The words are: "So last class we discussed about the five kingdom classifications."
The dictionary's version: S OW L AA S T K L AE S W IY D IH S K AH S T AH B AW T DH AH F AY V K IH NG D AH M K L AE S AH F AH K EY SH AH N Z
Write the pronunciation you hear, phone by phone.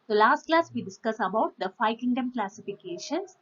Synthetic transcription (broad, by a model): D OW L AA S T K L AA S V IY D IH S K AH S AH B AW T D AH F AY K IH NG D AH M K L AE S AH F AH K EY SH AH N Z